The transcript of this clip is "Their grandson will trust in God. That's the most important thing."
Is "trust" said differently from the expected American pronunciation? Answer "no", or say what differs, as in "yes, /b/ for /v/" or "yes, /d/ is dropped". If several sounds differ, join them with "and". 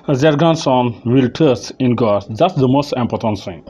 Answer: yes, /ɹ/ is dropped